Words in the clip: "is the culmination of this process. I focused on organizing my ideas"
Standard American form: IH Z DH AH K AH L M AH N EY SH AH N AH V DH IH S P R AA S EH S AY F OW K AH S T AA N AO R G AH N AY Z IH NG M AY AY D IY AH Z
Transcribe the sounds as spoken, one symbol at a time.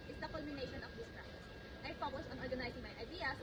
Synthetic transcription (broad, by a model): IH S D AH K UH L M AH N EY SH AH N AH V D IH S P R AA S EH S AY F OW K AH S AA N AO R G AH N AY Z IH NG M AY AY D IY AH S